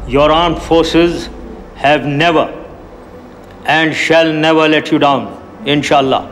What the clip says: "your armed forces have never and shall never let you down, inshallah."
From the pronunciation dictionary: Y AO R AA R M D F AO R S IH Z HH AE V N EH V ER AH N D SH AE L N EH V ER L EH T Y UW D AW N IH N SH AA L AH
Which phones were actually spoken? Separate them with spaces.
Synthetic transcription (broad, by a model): Y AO R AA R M F AO R S IH Z HH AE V N EH V ER AH N D SH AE L N EH V ER L EH T Y UW D AW N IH N SH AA L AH